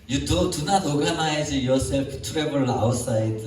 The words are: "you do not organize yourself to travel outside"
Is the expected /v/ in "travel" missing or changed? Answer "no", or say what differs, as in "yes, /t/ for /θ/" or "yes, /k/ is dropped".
yes, /b/ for /v/